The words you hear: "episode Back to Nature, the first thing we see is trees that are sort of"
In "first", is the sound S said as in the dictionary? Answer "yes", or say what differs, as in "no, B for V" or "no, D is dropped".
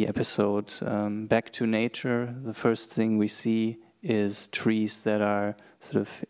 yes